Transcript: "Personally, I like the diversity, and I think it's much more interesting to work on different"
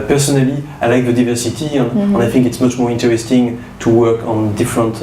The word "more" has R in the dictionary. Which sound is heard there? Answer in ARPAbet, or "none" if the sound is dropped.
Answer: R